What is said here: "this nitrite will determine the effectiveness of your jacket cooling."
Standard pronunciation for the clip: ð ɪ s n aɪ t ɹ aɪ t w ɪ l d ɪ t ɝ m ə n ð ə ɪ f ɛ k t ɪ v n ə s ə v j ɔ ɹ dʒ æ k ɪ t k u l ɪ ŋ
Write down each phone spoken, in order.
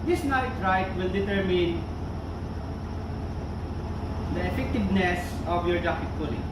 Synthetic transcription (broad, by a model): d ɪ s n aɪ t ɹ aɪ t w ɪ l d ɪ t ɝ m ə n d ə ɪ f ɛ k t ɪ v n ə s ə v j ɔ ɹ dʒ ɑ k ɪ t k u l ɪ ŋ